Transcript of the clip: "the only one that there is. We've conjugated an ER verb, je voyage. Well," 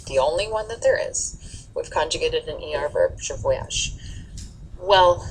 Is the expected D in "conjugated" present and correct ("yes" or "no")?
yes